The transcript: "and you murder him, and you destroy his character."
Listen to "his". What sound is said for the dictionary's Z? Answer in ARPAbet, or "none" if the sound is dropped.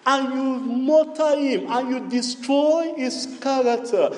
S